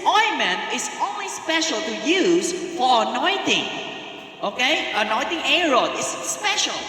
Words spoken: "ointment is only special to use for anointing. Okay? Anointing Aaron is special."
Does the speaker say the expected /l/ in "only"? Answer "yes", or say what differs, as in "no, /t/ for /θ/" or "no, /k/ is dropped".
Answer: yes